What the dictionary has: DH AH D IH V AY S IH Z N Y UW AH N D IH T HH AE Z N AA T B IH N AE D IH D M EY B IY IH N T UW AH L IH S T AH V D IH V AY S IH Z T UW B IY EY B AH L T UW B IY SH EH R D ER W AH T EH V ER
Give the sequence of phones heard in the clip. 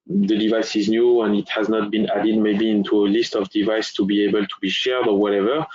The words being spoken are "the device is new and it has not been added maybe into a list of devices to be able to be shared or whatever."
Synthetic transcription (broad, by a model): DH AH D IH V AY S IH Z N Y UW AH N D IH T HH AE Z N AA T B IH N AE D IH D M EY B IY IH N T UW AH L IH S T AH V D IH V AY S T UW B IY EY B AH L T UW B IY SH EH R D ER W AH T EH V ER